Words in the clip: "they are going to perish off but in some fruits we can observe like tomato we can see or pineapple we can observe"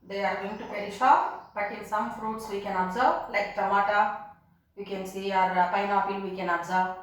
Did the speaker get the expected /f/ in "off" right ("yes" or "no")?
no